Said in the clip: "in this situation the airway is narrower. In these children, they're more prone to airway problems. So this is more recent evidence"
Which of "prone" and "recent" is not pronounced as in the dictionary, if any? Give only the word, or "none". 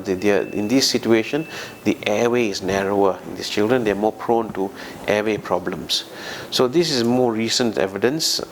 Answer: none